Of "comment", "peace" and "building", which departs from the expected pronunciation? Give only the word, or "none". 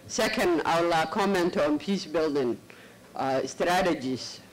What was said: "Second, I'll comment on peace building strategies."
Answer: none